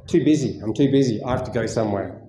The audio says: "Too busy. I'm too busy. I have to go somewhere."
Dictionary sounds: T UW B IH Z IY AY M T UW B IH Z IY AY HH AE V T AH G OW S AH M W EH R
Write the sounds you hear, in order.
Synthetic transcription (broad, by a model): T UW B IH Z IY AY M T UW B IH Z IY AY HH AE F T AH G OW S AH M W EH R